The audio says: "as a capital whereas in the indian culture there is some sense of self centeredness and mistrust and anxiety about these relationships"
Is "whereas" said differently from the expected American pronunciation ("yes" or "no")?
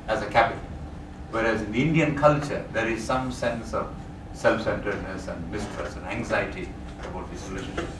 no